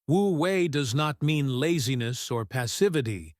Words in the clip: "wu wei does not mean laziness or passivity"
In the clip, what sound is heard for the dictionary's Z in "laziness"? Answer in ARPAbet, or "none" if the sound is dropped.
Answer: Z